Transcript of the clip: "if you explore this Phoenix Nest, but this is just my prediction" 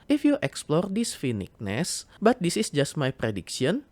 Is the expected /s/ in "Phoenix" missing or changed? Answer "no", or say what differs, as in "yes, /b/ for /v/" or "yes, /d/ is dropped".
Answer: yes, /s/ is dropped